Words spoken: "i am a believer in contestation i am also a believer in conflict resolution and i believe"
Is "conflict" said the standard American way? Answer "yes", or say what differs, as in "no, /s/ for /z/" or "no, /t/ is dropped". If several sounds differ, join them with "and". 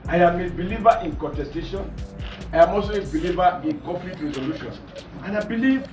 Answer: no, /n/ is dropped